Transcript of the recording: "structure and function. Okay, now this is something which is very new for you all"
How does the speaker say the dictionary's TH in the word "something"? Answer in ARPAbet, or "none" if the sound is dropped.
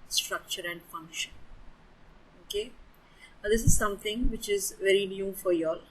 T